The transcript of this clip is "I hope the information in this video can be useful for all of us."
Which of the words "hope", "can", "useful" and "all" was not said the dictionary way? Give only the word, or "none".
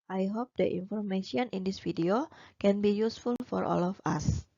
none